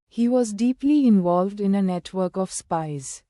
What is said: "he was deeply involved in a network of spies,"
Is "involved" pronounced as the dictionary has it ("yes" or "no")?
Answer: yes